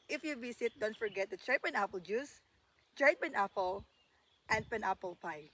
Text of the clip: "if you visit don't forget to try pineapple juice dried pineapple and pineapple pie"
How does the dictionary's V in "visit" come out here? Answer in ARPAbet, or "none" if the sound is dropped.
B